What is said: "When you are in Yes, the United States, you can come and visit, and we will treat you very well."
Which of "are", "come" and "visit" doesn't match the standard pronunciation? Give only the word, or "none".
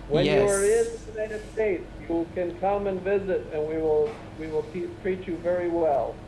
none